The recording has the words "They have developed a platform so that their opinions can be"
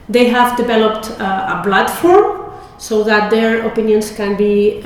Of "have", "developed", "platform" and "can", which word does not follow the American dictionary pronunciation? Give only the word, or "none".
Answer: platform